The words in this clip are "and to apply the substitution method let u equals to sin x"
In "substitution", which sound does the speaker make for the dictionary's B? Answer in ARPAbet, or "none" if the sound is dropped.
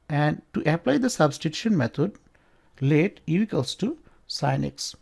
B